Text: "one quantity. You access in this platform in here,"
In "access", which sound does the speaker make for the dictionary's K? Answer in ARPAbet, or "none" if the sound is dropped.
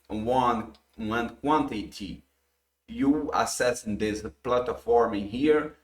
none